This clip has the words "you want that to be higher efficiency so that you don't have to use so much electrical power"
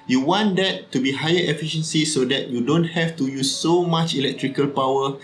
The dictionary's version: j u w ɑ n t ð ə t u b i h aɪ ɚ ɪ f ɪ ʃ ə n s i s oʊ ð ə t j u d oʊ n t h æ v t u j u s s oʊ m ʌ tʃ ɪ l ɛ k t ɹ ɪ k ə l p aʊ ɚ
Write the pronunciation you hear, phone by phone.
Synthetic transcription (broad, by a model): j u w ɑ n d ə t u b i h aɪ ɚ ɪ f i ʃ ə n s i s oʊ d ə t j u d oʊ n t h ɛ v t u j u s s oʊ m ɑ tʃ ɪ l ɛ k t ɹ ɪ k ə l p aʊ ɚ